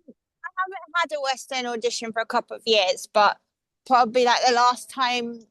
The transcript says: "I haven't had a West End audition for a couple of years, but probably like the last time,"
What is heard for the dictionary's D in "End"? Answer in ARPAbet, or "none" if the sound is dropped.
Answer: none